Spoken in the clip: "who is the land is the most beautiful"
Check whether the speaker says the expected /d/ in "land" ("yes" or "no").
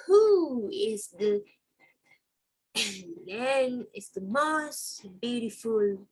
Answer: no